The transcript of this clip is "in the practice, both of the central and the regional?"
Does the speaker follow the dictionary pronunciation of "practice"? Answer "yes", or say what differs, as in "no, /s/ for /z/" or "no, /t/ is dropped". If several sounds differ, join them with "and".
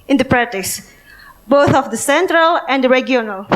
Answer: no, /k/ is dropped